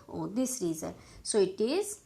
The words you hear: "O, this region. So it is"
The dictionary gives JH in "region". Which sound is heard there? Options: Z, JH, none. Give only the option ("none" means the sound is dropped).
Z